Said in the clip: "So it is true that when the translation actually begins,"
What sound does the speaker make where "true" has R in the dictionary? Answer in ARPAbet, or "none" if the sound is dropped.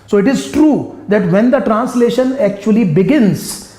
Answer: R